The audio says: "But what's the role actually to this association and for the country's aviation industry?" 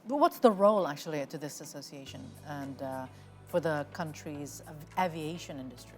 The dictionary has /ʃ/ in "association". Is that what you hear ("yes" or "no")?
yes